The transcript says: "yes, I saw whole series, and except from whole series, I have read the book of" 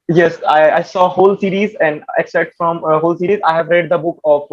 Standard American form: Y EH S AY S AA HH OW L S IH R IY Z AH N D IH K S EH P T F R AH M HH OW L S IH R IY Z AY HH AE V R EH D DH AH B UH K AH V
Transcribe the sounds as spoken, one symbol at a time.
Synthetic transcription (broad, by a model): Y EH S AY S AA HH OW L S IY R IY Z AH N D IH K S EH T F R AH M HH OW L S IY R IY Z AY HH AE V R EH D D AH B UH K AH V